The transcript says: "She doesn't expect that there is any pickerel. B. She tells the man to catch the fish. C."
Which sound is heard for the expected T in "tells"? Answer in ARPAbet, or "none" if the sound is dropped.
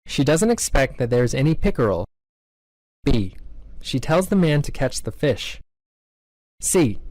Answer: T